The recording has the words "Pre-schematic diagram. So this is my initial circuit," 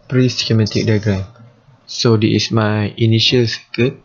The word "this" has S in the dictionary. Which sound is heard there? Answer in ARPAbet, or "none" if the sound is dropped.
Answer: none